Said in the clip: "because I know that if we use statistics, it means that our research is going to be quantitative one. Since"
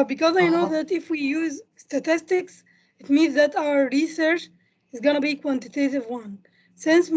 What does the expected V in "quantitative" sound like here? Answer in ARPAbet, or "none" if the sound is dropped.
V